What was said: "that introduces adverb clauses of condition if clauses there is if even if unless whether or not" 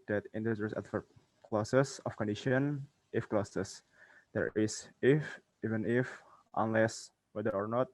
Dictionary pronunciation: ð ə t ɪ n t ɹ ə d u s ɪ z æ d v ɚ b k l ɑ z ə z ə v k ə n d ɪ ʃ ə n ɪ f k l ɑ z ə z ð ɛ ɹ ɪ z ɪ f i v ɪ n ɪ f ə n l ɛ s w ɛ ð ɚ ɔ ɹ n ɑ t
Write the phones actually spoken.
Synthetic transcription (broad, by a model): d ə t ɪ n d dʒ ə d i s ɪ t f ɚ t k l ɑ s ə s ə f k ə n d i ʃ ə n ɪ f k l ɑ s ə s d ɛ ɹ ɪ s ɪ f i v ɪ n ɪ f ə n l ɛ s w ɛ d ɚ ɔ ɹ n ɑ t